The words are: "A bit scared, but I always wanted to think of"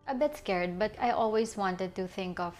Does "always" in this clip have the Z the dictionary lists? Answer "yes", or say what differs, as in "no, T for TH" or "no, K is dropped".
no, S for Z